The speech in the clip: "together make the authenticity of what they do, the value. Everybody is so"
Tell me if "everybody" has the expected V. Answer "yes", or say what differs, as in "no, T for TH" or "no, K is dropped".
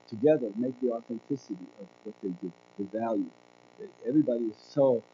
yes